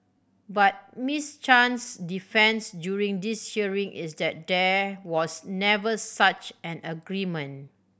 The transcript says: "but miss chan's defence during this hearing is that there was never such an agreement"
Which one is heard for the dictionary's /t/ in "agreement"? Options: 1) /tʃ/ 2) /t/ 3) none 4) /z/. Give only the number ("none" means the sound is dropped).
3